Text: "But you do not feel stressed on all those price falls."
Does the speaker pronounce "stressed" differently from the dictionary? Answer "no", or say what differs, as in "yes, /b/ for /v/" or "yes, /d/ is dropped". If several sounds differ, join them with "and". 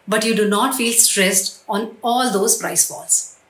no